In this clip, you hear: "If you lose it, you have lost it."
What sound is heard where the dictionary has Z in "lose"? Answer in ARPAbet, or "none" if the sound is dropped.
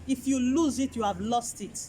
Z